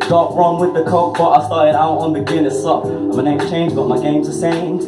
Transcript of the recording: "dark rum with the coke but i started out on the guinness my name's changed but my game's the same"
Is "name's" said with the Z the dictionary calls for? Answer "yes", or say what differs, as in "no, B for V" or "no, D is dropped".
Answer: no, Z is dropped